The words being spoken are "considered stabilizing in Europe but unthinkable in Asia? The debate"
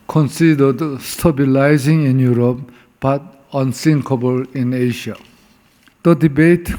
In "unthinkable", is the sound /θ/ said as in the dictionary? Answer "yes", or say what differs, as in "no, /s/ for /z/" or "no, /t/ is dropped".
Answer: no, /s/ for /θ/